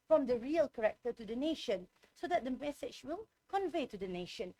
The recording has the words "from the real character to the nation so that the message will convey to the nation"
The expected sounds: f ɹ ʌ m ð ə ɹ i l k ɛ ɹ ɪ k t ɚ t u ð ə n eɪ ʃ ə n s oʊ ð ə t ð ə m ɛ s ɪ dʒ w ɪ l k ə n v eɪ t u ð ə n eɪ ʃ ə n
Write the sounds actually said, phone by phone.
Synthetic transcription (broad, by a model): f ɹ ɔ m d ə ɹ i l k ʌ ɹ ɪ k t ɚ t u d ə n eɪ ʃ ə n s oʊ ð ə t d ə m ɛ s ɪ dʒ w ɪ l k ə n v eɪ t u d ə n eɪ ʃ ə n